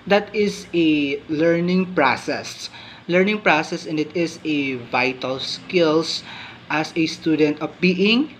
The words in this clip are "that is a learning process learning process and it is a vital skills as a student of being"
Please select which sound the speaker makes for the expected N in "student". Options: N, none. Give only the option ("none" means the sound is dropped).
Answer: N